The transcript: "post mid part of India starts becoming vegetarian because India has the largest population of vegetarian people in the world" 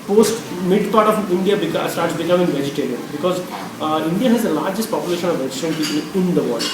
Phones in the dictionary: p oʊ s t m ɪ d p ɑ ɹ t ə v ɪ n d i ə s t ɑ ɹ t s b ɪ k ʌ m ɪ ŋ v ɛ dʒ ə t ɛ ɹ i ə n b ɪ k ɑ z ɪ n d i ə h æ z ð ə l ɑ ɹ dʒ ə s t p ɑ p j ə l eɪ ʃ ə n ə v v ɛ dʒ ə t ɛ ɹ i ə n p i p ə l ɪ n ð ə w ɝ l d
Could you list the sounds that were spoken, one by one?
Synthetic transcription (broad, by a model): p oʊ s t m ɪ d p ɑ ɹ t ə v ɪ n d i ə s t ɑ ɹ t s b ɪ k ʌ m ɪ ŋ v ɛ dʒ ə t ɛ ɹ i ə n b ɪ k ɑ z ɪ n d i ə h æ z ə l ɑ ɹ dʒ ə s t p ɑ p j ə l eɪ ʃ ə n ə v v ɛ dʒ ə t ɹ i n p i p ə l ɪ n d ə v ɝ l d